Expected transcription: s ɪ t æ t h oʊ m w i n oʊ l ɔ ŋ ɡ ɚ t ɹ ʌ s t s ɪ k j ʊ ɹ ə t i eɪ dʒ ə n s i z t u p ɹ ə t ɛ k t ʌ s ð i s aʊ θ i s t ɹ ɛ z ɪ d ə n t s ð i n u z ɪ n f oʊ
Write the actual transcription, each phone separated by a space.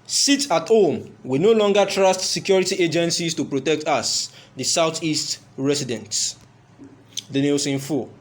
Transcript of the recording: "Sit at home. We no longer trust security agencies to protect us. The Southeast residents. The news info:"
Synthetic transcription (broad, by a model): s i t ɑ t h oʊ m w i n oʊ l ɔ ŋ ɡ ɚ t ɹ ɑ s t s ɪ k j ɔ ɹ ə t i eɪ dʒ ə n s i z t u p ɹ ə t ɛ k t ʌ s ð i s aʊ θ i s t ɹ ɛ s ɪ d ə n t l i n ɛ s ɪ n f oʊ